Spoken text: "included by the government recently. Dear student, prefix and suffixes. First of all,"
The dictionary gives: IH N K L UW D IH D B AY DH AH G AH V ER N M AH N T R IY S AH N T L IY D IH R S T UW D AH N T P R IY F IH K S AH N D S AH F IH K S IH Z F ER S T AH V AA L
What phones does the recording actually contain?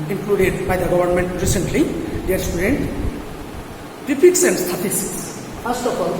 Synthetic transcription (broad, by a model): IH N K L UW D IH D B AY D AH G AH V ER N M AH N T R IY S AH N T L IY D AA R S T UW D AH N T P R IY P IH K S AH N D S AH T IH S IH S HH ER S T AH P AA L